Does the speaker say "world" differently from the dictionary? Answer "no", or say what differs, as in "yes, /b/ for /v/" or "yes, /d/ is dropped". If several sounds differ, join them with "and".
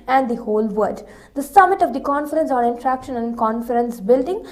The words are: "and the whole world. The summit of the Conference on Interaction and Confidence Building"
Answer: yes, /l/ is dropped